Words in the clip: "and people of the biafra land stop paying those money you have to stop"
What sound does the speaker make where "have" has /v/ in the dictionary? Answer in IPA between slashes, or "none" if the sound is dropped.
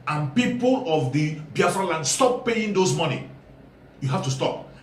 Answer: /f/